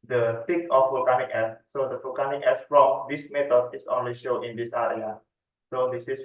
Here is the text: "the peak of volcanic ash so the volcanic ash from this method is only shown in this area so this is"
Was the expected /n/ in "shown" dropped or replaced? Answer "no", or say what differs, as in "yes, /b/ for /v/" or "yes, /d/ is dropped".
yes, /n/ is dropped